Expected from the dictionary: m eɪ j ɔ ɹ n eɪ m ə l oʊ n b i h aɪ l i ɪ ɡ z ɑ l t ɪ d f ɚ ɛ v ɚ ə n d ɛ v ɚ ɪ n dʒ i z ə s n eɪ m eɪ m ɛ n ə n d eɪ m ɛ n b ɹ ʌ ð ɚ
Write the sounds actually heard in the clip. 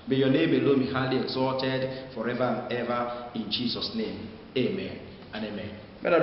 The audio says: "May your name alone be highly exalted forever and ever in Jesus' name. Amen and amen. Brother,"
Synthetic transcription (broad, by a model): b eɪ j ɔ n eɪ m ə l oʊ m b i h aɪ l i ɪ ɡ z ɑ t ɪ d f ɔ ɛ v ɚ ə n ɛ v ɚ ɪ n dʒ i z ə s n eɪ m eɪ m ɛ n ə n eɪ m ɛ n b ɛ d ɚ